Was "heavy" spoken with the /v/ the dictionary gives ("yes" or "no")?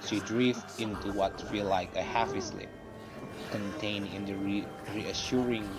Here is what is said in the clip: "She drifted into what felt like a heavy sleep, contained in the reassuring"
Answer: no